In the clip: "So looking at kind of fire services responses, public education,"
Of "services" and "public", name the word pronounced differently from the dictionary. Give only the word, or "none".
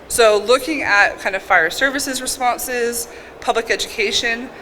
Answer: none